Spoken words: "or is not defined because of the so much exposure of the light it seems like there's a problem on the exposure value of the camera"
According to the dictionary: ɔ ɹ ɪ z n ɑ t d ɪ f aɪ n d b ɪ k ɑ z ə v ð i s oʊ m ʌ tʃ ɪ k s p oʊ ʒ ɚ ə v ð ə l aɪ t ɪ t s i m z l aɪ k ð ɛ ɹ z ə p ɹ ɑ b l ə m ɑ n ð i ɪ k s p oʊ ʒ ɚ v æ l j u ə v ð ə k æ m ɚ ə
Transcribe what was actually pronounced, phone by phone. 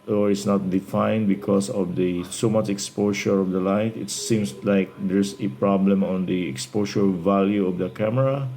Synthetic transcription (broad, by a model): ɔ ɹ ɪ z n ɑ t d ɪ f aɪ n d b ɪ k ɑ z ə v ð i s oʊ m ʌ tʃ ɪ k s p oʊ ʃ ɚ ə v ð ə l aɪ t ɪ t s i m s l aɪ k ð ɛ ɹ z ə p ɹ ɑ b l ə m ɑ n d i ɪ k s p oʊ ʃ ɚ v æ l j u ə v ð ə k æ m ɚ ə